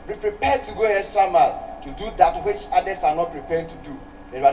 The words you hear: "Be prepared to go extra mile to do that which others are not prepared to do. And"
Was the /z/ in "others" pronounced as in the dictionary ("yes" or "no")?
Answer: no